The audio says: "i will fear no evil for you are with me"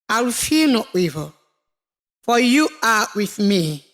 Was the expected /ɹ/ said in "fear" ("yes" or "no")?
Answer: no